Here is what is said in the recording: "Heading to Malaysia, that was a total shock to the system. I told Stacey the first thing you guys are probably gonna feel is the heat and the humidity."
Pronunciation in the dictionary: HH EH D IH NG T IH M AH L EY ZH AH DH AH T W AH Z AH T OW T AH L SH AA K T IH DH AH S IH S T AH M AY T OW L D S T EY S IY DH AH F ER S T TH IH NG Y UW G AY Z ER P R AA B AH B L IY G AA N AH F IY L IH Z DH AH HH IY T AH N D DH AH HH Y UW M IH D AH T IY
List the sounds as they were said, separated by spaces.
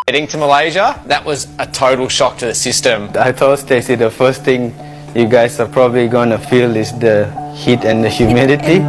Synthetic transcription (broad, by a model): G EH D IH NG T IH M AH L EY ZH AH DH AH T W AH Z AH T OW T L SH AA K T IH DH AH S IH S T AH M AY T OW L S T EY S IY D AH F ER S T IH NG Y UW G AY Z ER P R AA B AH B L IY G AA N AH F IY L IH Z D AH HH IY T AH N D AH HH Y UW M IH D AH T IY